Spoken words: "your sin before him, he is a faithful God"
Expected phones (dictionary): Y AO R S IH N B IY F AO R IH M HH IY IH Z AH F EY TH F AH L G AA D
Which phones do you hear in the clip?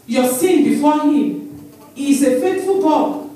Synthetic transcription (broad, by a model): Y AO S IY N B IY F AO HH IH M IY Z AH F EY T F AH L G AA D